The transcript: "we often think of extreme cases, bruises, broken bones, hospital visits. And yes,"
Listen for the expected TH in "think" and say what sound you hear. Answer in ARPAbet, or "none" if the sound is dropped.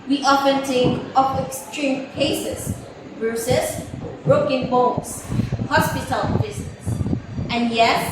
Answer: T